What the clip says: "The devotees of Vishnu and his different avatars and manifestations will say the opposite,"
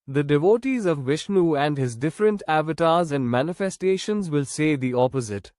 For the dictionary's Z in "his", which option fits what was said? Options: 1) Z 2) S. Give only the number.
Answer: 1